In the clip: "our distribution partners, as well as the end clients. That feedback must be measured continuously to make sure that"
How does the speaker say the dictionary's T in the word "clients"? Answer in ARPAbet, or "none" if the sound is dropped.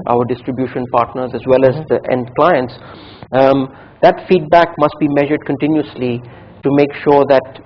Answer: T